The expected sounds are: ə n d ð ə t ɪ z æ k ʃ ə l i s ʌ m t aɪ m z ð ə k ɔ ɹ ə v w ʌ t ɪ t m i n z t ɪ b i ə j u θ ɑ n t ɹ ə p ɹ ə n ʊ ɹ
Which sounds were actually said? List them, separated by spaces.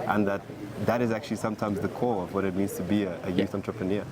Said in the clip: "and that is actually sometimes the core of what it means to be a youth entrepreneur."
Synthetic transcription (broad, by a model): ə n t ð ə t ɪ z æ k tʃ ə l i s ʌ m t aɪ m z ð ə k ɔ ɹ ə v w ʌ t ɪ t m i n z t ɪ b i ə j u θ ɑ n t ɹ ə p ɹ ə n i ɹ